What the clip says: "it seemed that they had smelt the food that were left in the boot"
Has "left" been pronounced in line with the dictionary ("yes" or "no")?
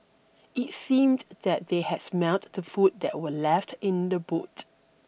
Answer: yes